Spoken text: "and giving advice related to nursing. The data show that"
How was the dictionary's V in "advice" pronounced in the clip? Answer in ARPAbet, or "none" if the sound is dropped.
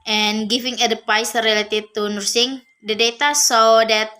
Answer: P